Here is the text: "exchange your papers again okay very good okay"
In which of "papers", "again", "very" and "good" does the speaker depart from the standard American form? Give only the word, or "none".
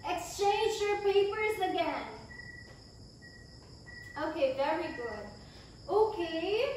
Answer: none